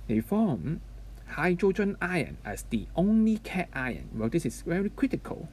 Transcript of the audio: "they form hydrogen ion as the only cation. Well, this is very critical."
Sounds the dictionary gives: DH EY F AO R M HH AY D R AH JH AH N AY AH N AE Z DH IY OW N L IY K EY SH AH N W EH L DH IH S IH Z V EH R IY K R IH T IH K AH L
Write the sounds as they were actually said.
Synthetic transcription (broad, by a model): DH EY F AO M HH AY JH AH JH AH N AY AH N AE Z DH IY OW N L IY K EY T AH N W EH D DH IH S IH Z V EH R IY K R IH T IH K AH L